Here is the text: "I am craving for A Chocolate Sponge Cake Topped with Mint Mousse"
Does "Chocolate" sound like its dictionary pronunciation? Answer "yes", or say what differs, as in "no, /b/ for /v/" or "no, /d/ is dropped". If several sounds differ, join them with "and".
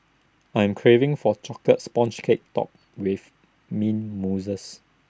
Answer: no, /l/ is dropped